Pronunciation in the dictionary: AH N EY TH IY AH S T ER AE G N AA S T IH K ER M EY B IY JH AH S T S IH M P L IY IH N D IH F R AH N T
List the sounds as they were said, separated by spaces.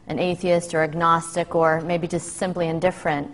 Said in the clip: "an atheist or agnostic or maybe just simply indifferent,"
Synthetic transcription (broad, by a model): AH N EY TH IY AH S T ER AE G N AA S T IH K ER M EY B IY JH AH S T S IH M P L IY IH N D IH F R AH N T